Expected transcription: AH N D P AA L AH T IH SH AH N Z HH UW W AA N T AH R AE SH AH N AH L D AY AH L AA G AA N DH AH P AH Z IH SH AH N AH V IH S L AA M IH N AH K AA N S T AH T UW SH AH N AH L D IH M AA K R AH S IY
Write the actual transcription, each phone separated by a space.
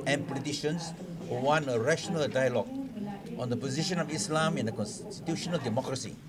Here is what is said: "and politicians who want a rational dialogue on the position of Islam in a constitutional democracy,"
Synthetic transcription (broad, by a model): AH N P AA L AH T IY SH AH N S HH UW W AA N AH R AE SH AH N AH L D AY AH L AA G AA N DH AH P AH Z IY SH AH N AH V IH S L AA M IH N AH K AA N S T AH T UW SH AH N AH L D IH M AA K R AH S IY